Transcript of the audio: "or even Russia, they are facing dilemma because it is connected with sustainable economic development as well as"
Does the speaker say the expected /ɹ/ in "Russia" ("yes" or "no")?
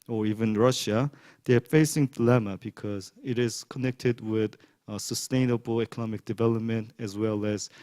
yes